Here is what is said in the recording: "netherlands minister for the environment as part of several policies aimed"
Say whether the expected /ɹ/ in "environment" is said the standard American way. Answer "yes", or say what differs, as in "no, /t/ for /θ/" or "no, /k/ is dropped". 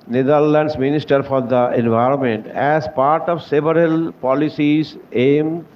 yes